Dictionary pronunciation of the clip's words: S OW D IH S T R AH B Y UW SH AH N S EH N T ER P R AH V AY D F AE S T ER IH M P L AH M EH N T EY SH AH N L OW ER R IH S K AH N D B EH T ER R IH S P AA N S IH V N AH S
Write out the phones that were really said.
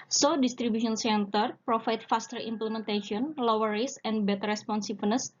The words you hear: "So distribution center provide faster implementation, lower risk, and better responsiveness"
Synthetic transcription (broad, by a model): S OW D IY S T R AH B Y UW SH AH N S EH N T ER P R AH F AY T F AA S T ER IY M P L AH M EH N T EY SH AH N L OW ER R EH S AH N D B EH T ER R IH S P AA N S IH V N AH S